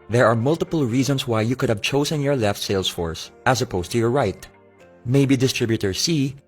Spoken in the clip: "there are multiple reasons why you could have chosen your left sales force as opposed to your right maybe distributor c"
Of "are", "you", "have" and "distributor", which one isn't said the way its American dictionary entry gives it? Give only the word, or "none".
none